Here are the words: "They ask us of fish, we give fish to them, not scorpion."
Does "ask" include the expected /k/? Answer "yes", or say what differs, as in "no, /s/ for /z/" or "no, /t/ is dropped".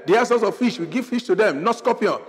no, /k/ is dropped